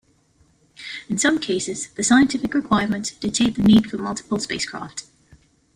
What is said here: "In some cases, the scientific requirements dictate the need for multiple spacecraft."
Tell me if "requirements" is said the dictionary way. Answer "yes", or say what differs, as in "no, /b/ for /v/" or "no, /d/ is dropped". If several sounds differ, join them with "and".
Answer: no, /s/ is dropped